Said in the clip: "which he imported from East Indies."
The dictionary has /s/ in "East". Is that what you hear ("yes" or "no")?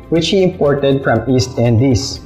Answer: yes